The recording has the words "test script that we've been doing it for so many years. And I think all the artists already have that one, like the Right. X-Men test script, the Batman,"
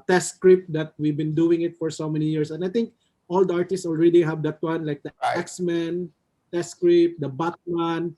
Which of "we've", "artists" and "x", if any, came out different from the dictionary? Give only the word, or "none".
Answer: none